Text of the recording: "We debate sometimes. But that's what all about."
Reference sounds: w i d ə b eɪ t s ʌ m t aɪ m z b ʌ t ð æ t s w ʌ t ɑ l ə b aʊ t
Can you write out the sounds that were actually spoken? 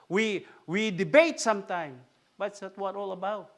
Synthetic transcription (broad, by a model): w i d ə b eɪ t s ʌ m t aɪ m b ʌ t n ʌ t w ʌ t ɑ l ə b aʊ t